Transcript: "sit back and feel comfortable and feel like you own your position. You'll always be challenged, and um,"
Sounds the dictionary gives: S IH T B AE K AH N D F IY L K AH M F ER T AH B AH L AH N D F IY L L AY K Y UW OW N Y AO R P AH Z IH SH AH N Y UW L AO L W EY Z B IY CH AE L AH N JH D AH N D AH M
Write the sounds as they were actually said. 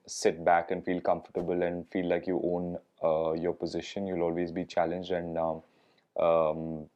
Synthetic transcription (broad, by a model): S IH T B AE K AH N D F IY L K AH M F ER T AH B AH L AH N D F IY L L AY K Y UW OW N Y AO R P AH Z IH SH AH N Y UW L AO L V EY Z B IY CH AE L AH N JH D AH N D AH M